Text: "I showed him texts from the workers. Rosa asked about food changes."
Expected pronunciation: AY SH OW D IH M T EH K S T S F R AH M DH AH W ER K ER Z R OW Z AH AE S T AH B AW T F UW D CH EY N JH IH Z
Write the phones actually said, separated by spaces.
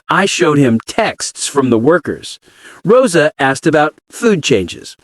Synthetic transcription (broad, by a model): AY SH OW D IH M T EH K S T S F R AH M DH AH W ER K ER Z R OW Z AH AE S T AH B AW T F UW D CH EY N JH IH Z